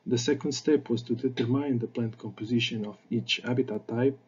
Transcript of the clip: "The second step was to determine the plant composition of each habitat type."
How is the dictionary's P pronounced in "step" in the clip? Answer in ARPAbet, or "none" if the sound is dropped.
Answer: P